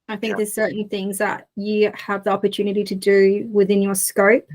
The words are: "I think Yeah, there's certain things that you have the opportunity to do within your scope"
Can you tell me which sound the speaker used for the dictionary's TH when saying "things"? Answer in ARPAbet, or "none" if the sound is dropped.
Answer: TH